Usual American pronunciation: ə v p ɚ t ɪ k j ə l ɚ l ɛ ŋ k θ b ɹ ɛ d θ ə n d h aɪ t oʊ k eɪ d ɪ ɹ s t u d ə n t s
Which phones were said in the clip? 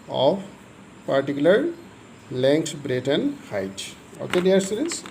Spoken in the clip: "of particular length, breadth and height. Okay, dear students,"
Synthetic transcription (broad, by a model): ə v p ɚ t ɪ k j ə l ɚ l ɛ ŋ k t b ɹ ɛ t ə n d h aɪ t oʊ k eɪ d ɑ ɹ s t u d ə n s